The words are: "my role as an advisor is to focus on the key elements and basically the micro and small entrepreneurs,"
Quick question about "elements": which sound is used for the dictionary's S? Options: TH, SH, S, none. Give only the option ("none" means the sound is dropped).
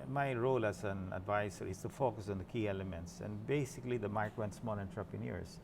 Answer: S